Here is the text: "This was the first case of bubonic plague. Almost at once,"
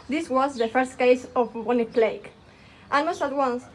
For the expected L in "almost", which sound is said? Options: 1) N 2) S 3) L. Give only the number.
1